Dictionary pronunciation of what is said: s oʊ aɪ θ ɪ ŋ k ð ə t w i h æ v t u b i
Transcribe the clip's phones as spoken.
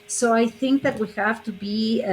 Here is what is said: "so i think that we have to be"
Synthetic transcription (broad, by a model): s oʊ aɪ θ ɪ ŋ k ð ə t w i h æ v t u b i